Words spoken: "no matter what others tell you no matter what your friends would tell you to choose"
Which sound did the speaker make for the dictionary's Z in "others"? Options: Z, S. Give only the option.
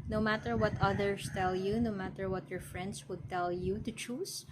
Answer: S